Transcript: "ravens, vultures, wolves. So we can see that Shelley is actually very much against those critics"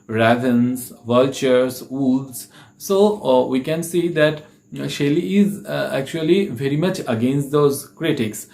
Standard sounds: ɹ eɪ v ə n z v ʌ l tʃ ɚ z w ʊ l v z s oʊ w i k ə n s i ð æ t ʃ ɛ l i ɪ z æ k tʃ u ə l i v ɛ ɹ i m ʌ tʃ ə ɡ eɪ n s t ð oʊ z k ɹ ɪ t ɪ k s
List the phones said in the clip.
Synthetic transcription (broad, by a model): ɹ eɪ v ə n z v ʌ l tʃ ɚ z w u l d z s oʊ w i k ə n s i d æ t ʃ ɛ l i ɪ z æ k tʃ u ə l i v ɛ ɹ i m ʌ tʃ ə ɡ eɪ n s t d oʊ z k ɹ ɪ t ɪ k s